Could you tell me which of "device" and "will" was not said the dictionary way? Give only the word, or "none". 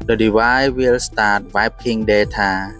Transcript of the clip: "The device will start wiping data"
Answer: device